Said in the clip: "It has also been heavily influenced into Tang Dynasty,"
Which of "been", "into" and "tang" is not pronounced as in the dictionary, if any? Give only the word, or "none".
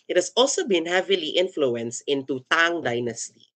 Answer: none